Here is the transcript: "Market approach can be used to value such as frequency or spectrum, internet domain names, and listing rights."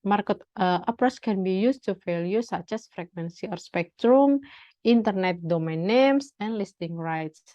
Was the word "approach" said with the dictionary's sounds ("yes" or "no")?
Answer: no